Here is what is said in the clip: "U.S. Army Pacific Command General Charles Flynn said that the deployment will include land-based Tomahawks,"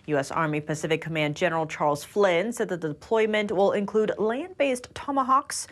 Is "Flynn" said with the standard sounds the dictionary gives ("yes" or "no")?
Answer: yes